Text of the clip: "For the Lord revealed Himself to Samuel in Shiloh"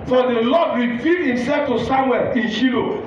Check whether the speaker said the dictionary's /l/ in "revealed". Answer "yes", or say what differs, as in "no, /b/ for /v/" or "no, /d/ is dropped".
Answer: no, /l/ is dropped